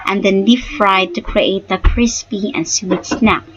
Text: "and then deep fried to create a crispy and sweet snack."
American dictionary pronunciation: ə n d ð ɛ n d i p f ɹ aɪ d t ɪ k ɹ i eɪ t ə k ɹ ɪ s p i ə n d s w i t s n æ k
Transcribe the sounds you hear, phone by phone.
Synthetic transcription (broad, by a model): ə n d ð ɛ n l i f f ɹ aɪ d t ɪ k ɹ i eɪ t ə k ɹ ɪ s p i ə n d s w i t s n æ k